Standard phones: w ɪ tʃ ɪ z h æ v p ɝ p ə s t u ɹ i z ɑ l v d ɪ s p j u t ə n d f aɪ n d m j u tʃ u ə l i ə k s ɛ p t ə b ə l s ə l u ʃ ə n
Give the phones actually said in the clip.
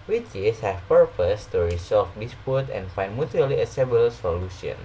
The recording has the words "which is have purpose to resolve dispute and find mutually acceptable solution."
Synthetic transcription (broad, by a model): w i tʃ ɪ s h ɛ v p ɝ p ə s t u ɹ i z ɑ l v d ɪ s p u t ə n f aɪ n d m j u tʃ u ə l i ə s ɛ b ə l s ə l u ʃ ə n